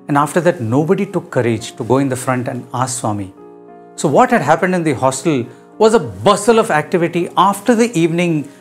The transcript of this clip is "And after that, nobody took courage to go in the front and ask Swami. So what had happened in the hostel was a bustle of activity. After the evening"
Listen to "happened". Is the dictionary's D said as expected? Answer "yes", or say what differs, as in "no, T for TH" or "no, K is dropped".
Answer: yes